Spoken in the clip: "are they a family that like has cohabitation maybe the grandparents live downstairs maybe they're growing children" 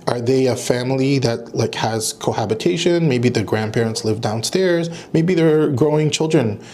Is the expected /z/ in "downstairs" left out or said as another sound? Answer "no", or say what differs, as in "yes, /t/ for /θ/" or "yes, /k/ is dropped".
no